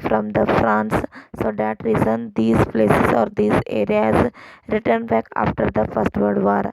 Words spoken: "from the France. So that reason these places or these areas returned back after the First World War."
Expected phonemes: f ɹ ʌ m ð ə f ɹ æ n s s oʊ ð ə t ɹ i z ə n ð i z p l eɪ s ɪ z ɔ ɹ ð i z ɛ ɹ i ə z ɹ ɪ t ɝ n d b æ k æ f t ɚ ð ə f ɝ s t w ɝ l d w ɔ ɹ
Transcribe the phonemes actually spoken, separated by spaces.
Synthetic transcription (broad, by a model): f ɹ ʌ m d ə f ɹ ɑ n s s oʊ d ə t ɹ i z ə n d i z p l eɪ s ɪ z ɔ ɹ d i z ɛ ɹ i ə z ɹ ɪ t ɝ n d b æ k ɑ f t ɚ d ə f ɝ s t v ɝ d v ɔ ɹ